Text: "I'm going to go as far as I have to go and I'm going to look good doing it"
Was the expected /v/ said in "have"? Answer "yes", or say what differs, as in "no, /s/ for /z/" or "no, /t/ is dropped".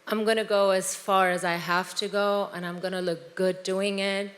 no, /f/ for /v/